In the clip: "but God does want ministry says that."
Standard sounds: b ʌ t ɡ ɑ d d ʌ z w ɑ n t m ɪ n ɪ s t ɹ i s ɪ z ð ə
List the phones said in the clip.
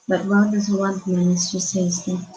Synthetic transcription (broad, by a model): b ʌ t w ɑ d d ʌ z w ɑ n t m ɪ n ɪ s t i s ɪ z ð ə